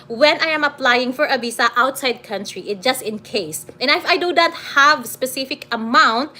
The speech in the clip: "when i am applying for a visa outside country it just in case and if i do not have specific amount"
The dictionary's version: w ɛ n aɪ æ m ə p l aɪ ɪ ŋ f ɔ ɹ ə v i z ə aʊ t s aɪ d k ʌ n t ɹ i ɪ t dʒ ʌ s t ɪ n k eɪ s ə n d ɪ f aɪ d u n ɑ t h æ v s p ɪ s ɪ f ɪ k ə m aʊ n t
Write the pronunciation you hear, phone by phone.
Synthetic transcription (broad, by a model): w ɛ n aɪ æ m ə p l aɪ ɪ ŋ f ɔ ɹ ə b i s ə aʊ t s aɪ d k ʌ n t ɹ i ɪ t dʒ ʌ s t ɪ n k eɪ s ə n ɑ ɪ f aɪ d u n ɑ t h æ v s p ɪ s ɪ f ɪ k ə m aʊ n t